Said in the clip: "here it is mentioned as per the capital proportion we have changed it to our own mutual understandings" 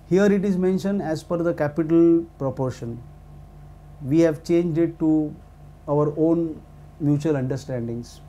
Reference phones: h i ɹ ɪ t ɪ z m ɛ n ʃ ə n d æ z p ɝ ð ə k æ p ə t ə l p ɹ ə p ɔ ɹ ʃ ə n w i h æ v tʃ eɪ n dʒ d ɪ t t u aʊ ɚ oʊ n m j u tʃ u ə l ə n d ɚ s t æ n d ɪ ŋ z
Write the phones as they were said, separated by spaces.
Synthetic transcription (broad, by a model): h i ɹ ɪ t ɪ z m ɛ n ʃ ə n d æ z f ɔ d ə k æ p ə t ə l p ɹ ə p ɔ ɹ ʃ ə n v i h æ v tʃ eɪ n dʒ d ɪ t t u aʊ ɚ oʊ n m j u tʃ u ə l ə n d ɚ s t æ n d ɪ ŋ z